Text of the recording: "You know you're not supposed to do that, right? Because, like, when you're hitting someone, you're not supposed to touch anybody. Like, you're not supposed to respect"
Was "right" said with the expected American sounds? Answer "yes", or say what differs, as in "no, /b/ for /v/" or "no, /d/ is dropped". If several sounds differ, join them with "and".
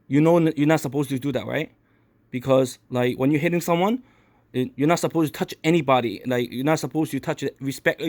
yes